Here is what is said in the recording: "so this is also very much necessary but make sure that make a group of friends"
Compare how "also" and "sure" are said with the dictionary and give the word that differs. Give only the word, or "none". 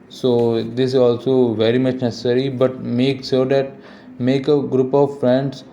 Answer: sure